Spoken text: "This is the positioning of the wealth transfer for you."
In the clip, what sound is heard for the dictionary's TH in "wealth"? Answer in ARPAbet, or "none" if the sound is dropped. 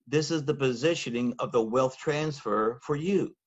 TH